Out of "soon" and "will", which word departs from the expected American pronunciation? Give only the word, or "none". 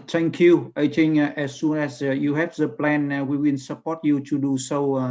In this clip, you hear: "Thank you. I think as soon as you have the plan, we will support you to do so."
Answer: will